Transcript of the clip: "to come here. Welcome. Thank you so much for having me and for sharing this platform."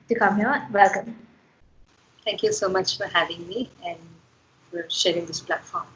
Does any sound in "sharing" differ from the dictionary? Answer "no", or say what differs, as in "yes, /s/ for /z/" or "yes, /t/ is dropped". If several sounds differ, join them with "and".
no